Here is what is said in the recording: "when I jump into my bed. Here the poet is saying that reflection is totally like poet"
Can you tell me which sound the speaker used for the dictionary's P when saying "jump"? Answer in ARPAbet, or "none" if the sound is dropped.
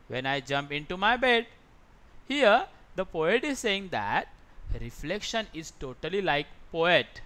P